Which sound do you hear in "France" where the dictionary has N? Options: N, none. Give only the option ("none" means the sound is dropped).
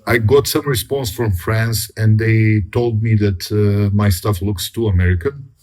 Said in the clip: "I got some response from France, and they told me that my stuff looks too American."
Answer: N